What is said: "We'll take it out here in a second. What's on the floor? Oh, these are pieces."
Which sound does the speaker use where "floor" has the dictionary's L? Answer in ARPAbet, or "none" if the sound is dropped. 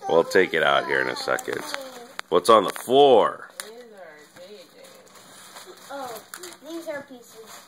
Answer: none